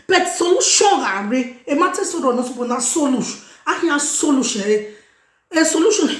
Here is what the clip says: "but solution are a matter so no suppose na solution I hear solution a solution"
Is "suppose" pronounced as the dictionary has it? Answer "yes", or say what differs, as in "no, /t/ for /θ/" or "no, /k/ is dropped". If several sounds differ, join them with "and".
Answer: no, /z/ is dropped